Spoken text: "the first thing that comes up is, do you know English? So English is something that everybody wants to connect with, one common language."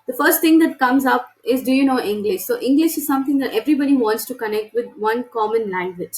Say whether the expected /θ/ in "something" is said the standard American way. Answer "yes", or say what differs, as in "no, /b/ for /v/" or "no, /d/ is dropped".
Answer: no, /t/ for /θ/